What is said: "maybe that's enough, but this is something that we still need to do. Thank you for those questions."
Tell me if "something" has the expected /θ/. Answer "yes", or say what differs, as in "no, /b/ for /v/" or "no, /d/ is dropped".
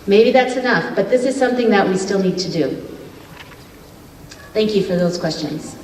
yes